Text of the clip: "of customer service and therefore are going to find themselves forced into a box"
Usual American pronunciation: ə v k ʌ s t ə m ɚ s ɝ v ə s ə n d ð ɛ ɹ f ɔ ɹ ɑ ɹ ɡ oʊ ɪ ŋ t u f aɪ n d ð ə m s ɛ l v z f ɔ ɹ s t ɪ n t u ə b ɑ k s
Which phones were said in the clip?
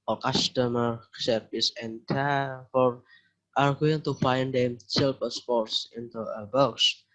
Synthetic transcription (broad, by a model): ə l k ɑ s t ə m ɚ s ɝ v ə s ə n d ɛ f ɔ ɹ ɑ ɹ ɡ oʊ ɪ ŋ t u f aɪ n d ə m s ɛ l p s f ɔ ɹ s ɪ n t u ə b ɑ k s